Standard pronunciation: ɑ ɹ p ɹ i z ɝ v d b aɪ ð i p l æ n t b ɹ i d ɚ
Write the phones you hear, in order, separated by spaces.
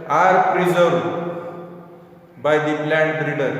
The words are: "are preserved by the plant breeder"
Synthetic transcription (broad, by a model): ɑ ɹ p ɹ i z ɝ d b aɪ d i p l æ n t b ɹ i d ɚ